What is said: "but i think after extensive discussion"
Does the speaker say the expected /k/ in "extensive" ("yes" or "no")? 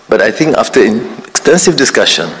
yes